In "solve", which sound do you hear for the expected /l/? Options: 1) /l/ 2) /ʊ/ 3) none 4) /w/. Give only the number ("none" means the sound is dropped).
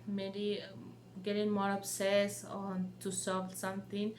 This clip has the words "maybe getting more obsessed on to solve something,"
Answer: 3